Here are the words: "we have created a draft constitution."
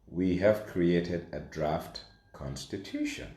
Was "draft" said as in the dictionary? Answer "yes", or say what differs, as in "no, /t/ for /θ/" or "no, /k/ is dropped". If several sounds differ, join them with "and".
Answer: yes